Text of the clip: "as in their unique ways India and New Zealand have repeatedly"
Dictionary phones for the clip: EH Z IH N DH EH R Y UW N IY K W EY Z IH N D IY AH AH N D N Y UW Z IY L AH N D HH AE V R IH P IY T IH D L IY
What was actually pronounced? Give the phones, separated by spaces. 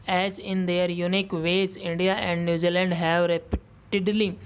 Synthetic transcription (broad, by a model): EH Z IH N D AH R Y UW N IY K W EY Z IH N D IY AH AH N D N Y UW Z IY L AH N D HH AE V R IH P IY T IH D L IY